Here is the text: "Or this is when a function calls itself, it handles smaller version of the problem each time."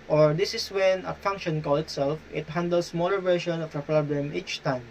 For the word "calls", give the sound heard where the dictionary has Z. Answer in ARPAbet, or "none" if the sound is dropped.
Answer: none